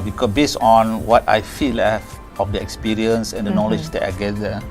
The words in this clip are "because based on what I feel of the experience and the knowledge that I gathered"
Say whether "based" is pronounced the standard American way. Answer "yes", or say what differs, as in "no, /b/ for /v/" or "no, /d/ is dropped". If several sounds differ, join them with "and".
no, /t/ is dropped